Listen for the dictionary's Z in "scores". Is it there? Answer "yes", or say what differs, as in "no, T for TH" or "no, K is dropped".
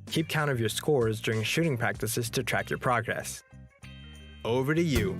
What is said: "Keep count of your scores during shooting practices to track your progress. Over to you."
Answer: yes